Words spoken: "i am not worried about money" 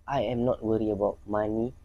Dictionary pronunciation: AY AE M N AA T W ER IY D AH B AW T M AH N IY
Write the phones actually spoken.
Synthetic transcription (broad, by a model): AY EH M N AA T W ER IY AH B AW T M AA N IY